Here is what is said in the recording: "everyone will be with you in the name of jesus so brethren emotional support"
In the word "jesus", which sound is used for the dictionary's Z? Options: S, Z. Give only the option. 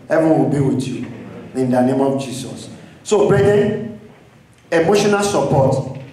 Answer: S